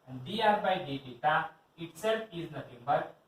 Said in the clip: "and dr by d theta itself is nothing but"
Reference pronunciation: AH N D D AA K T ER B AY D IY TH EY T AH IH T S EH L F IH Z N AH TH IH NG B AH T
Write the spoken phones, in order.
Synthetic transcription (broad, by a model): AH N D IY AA T B AY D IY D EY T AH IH T S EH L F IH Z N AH T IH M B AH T